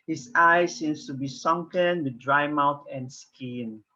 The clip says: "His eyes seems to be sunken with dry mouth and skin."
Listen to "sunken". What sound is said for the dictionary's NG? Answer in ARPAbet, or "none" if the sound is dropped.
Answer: NG